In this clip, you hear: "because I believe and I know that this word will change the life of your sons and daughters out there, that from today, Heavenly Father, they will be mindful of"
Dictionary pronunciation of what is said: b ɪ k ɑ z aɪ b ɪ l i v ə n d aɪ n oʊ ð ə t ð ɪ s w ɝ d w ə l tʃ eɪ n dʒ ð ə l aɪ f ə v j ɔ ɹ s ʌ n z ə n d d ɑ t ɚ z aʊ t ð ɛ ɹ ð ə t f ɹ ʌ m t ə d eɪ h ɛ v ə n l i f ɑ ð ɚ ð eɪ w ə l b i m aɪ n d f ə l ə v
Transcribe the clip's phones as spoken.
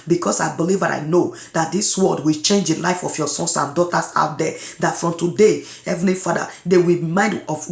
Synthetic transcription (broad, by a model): b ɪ k ɑ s aɪ b ɪ l i v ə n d aɪ n oʊ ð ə t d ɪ s w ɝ d w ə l tʃ eɪ n dʒ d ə l aɪ f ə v j ɔ s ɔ n s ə n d d ɑ t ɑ s aʊ t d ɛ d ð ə t f ɹ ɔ m t ə d eɪ h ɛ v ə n i f ɑ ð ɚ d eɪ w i m aɪ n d ə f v